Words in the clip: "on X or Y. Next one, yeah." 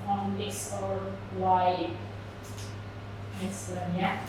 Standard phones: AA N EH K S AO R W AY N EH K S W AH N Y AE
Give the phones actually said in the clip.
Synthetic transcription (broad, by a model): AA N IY S AO R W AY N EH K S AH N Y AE